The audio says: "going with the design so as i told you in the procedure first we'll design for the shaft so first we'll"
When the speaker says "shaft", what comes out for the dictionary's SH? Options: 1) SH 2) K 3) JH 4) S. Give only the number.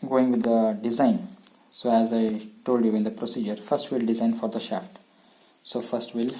1